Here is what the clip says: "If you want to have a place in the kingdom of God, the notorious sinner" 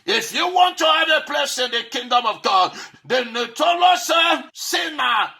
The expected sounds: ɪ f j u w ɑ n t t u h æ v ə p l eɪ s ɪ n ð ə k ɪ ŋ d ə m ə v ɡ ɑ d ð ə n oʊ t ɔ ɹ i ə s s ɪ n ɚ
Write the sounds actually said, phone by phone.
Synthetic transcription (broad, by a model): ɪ f j u w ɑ n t t u h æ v ə p l eɪ s ɪ n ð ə k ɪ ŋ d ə m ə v ɡ ɑ d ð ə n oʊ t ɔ l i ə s s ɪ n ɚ